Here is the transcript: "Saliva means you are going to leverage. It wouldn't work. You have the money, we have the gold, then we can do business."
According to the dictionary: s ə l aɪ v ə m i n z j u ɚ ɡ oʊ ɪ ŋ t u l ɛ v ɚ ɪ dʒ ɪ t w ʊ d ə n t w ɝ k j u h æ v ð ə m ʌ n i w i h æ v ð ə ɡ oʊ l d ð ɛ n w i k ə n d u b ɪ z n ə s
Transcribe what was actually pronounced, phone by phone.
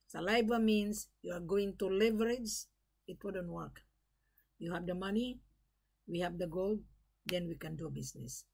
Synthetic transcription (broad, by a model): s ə l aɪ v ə m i n s j u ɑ ɡ oʊ ɪ ŋ t u l ɛ v ɚ ɪ dʒ ɪ t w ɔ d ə n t w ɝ k j u h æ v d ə m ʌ n i w i h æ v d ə ɡ oʊ l d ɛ n w i k ə n d u b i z n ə s